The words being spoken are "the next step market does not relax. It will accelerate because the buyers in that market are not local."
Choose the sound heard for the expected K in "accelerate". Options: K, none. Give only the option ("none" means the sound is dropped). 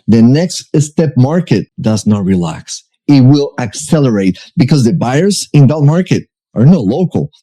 K